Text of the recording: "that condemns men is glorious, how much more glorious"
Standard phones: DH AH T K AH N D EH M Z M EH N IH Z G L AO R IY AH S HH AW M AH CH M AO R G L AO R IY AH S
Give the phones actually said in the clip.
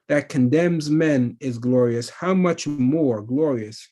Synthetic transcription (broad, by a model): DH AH T K AH N D EH M Z M EH N IH Z G L AO R IY AH S HH AW M AH CH M AO R G L AO R IY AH S